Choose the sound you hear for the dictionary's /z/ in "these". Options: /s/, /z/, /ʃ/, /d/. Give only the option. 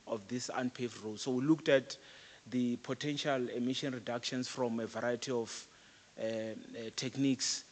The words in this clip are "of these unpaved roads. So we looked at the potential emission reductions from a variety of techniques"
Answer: /s/